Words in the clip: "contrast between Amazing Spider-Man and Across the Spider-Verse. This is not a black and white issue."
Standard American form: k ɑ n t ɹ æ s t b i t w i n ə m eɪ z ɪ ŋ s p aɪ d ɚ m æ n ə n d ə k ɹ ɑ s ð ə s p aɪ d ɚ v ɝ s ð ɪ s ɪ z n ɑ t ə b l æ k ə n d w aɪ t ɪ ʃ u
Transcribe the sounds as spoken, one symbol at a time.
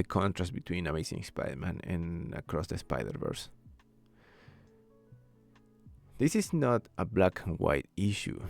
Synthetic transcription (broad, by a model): k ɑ n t ɹ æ s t b i t w i n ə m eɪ s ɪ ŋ s p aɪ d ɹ m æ n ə n ə k ɹ ɑ s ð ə s p aɪ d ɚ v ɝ s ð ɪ s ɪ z n ɑ t ə b l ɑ k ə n w aɪ t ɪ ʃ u